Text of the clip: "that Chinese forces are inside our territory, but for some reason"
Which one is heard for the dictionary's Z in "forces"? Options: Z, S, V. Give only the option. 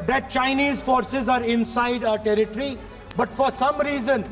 Z